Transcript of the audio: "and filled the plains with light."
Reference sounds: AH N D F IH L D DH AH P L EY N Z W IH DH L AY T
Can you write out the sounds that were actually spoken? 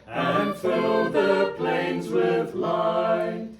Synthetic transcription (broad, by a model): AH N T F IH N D DH AH P L EY N Z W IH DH L AY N